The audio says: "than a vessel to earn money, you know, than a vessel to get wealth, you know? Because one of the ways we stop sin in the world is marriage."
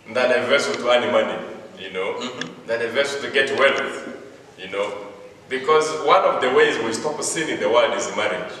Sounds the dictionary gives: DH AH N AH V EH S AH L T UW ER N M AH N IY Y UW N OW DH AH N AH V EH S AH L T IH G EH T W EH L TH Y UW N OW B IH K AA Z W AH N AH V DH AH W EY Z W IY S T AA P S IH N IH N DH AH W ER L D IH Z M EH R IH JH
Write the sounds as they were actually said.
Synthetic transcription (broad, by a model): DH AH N AH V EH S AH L T UW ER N M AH N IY Y UW N OW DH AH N AH V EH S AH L T IH G EH T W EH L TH Y UW N OW B IH K AA Z W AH N AH V DH AH W EY Z W IY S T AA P S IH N IH N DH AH W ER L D IH Z M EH R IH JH